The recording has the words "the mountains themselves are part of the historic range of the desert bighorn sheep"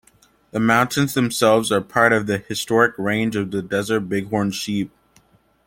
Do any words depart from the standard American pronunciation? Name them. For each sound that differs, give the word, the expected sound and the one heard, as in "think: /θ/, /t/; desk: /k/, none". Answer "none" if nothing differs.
none